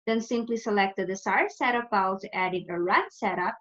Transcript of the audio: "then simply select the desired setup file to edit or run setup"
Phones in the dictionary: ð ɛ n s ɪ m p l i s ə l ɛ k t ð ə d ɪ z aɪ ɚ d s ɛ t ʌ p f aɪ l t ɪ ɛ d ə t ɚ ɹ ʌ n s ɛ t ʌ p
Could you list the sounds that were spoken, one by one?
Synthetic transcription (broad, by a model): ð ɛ n s ɪ m p l i s ə l ɛ k t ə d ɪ s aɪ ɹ s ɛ t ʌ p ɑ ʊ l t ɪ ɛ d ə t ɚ ɹ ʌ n s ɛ t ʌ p